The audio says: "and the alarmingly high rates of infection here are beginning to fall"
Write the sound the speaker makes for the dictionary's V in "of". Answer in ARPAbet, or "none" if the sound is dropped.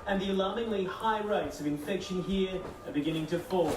V